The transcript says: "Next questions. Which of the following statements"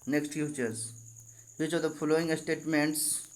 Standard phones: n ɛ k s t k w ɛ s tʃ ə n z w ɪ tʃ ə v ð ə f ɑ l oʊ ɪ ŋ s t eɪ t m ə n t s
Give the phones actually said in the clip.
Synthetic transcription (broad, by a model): n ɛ k s t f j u tʃ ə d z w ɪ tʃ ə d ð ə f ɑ l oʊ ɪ ŋ s t eɪ t m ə n t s